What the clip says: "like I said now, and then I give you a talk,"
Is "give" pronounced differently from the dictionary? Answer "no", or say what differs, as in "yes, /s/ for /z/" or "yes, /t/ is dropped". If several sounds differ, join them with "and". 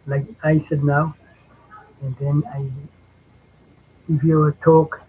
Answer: yes, /f/ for /v/